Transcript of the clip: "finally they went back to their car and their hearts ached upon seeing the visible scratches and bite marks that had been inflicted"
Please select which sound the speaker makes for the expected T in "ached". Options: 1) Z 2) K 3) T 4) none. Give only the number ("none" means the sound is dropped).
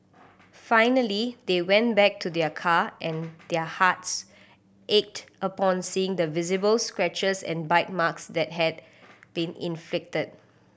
3